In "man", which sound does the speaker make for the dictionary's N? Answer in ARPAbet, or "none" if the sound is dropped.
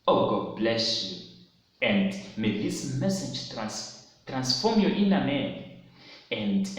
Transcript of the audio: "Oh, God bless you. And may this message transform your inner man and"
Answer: none